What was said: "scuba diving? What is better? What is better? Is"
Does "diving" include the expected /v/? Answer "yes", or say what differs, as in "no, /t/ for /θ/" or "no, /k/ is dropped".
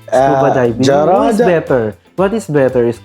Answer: no, /b/ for /v/